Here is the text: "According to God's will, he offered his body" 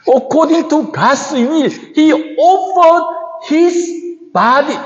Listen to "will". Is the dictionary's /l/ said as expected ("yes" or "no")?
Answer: no